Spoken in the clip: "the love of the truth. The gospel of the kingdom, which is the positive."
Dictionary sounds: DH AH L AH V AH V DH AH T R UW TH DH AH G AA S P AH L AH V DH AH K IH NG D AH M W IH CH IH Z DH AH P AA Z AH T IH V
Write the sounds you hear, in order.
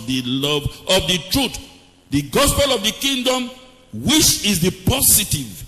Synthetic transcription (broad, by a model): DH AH L AH V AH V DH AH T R UW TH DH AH G AA S P AH L AH V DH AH K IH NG D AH M W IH CH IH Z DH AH P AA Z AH T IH V